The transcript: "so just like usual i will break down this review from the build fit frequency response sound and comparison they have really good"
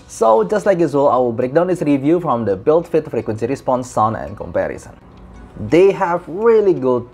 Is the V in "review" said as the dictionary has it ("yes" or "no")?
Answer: yes